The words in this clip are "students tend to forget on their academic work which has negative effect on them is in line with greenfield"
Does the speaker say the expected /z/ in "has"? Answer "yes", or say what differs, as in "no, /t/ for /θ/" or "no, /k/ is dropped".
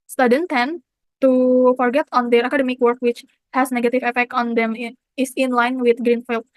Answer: no, /s/ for /z/